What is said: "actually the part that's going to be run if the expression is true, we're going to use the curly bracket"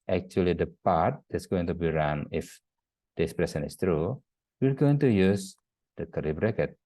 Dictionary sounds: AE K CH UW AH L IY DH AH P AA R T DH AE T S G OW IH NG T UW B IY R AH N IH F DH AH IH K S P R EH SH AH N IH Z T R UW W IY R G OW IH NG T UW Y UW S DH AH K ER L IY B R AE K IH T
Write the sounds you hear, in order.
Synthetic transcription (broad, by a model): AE K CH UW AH L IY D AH P AA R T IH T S G OW IH NG T UW B IY R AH N IH F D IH S P R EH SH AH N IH S T R UW W IY R G OW IH NG T UW Y UW S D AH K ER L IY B R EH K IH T